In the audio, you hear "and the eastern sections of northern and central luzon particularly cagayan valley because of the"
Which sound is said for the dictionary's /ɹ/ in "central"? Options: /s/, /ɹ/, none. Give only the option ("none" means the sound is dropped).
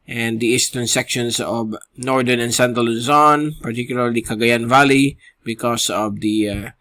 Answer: none